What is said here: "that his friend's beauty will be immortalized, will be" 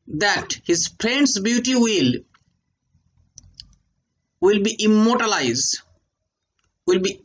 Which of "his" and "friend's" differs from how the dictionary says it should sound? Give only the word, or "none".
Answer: friend's